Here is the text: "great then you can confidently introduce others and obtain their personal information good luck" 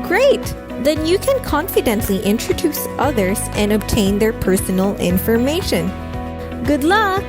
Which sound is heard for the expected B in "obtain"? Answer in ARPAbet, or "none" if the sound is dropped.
B